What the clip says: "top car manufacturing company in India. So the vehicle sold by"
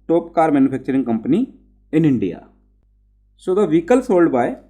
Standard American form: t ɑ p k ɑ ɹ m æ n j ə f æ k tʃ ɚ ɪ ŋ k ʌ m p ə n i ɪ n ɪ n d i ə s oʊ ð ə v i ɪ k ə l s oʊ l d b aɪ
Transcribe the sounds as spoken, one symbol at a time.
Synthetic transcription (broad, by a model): t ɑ p k ɑ ɹ m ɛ n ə p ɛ k tʃ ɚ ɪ ŋ k ʌ m p ə n i ɪ n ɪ n d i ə s oʊ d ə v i k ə l s oʊ l d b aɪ